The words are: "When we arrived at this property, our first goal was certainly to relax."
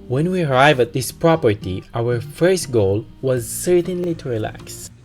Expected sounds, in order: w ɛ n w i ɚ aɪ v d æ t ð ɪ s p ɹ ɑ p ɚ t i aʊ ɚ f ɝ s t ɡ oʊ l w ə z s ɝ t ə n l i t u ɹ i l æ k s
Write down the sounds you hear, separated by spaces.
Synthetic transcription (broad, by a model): w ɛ n w i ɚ aɪ v æ t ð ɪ s p ɹ ɑ p ɚ t i aʊ ɚ f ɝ s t ɡ oʊ l w ə z s ɝ t ə n l i t u ɹ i l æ k s